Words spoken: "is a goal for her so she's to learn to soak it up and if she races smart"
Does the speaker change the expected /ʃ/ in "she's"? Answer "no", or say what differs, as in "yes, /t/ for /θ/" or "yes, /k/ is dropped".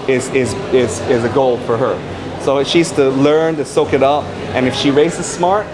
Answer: no